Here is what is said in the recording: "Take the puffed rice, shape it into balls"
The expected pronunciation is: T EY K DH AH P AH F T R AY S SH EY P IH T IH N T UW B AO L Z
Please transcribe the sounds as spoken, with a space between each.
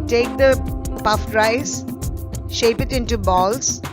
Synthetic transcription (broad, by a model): T EY K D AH P AH F T R AY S SH EY P IH T IH N T UW B AO L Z